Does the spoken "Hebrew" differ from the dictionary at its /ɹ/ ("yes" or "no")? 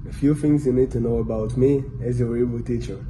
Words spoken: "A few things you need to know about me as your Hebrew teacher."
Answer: yes